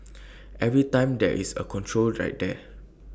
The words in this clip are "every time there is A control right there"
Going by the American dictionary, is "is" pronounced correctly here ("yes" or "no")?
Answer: no